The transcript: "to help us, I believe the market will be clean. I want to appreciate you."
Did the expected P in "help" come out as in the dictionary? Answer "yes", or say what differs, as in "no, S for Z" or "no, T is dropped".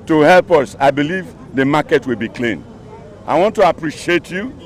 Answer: yes